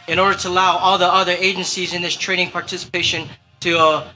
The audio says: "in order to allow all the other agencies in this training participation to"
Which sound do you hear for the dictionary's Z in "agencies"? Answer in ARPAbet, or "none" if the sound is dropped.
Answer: Z